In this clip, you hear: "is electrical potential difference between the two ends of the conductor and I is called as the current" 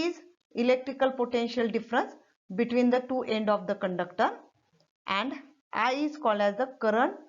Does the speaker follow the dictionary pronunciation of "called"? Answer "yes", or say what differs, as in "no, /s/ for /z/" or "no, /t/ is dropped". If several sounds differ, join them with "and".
yes